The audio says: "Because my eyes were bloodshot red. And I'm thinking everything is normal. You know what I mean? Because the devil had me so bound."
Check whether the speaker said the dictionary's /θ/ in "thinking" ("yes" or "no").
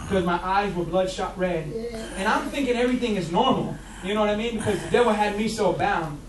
yes